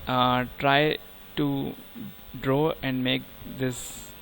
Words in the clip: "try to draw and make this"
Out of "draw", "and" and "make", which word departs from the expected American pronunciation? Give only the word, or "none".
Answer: none